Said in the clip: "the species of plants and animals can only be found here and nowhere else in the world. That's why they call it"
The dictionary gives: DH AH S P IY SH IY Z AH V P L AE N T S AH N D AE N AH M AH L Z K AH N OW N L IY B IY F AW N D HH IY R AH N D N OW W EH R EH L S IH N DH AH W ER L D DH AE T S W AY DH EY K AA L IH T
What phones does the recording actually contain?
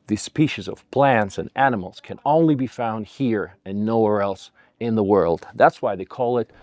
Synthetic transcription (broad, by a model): DH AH S P IY SH IY Z AH V P L AE N T S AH N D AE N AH M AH L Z K AH N OW N L IY B IY F AW N D HH IY R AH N N OW W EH R EH L S IH N DH AH W ER L D DH AE T S W AY DH EY K AA L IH T